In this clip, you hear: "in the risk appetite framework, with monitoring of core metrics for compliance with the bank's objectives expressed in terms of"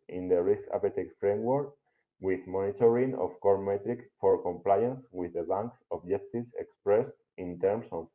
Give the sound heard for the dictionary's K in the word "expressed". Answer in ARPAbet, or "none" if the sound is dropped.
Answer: K